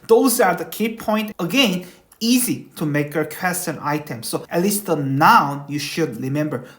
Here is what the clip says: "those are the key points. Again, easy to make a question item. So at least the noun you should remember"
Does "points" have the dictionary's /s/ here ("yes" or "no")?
no